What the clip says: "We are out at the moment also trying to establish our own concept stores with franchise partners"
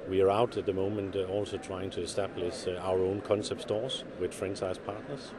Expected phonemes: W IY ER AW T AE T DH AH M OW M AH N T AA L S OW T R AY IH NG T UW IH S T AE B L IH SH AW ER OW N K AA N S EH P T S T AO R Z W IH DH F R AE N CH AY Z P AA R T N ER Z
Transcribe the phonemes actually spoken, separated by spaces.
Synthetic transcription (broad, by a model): W IY ER AW T AE T DH AH M OW M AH N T AA L S OW T R AY IH NG T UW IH S T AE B L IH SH AW ER OW N K AA N S EH P T S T AO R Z W IH DH F R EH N S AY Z P AA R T N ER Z